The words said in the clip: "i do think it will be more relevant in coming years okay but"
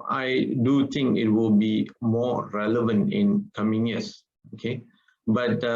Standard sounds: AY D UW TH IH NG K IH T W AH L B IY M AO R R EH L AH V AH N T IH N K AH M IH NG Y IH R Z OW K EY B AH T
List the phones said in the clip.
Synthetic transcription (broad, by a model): AY D UW T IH NG K IH T W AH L B IY M AO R R EH L AH V AH N T IH N K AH M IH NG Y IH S OW K EY B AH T